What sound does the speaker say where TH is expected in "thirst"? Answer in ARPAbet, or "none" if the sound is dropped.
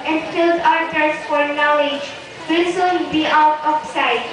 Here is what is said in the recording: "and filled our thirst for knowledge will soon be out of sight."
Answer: T